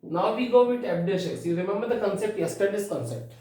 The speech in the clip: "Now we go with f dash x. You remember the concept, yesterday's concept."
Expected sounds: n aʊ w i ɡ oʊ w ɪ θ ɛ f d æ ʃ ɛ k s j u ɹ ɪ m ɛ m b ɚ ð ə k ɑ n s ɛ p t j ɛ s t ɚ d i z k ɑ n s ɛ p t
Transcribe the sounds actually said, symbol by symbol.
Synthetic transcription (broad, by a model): n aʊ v i ɡ oʊ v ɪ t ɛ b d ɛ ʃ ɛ s j u ɹ ɪ m ɛ m b ɚ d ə k ɑ n s ɛ p t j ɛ s t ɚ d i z k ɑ n s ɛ p t